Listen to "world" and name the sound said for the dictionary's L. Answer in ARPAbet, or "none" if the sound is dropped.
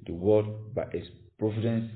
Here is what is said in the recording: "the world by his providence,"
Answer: none